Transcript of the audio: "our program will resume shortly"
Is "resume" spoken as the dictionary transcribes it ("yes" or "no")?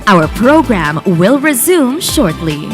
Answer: yes